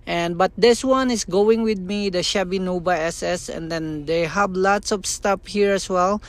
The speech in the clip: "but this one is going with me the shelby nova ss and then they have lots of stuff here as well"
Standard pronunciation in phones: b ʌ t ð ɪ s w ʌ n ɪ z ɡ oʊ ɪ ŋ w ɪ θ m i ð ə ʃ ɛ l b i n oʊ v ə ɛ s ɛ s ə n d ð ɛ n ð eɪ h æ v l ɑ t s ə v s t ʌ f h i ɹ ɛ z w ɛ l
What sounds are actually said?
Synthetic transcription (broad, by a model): b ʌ t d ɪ s w ʌ n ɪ s ɡ oʊ ɪ ŋ w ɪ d m i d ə ʃ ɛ b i n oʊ b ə ɛ s ɛ s ə n d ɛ n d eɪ h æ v l ɑ t s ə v s t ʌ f h i ɹ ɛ s w ɛ l